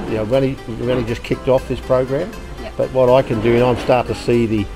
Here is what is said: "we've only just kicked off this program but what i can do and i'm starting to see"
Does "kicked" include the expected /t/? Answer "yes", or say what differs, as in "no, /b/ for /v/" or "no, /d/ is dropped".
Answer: yes